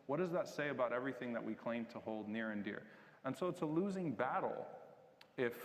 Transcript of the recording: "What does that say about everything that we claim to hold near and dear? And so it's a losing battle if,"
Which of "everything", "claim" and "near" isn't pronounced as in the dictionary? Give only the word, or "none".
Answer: none